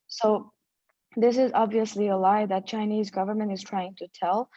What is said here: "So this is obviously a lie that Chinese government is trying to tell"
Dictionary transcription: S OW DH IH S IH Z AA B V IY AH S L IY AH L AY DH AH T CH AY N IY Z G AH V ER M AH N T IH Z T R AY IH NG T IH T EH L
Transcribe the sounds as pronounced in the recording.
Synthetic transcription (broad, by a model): S OW DH IH S IH Z AA B V IY AH S L IY AH L AY DH AH T CH AY N IY Z G AH V ER M AH N T IH Z T R AY IH NG T IH T EH L